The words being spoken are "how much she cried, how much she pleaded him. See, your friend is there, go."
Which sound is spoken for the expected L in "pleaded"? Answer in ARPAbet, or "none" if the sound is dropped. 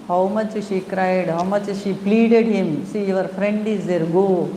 L